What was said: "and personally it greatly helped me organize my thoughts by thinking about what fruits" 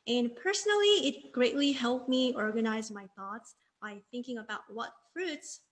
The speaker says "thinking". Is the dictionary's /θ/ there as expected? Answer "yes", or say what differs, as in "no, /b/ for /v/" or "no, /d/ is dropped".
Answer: yes